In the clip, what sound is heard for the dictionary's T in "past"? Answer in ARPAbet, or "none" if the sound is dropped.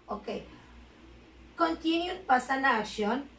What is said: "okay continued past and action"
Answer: none